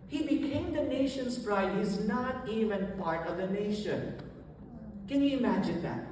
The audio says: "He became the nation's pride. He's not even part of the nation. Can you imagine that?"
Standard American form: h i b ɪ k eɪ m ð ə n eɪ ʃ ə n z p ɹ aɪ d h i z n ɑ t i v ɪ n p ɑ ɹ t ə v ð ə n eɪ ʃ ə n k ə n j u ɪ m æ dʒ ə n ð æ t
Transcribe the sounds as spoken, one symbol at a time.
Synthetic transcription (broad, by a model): h i b ɪ k eɪ m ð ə n eɪ ʃ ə n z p ɹ aɪ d h i z n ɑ t i v ɪ n p ɑ ɹ t ə v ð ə n eɪ ʃ ə n k ə n j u ɪ m æ dʒ ə n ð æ t